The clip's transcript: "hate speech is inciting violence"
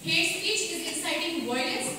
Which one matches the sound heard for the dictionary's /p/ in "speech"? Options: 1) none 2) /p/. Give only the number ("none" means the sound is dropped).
1